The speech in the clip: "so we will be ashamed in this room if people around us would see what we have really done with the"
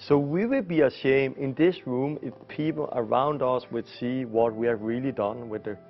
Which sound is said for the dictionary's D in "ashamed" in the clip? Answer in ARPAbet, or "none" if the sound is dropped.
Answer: none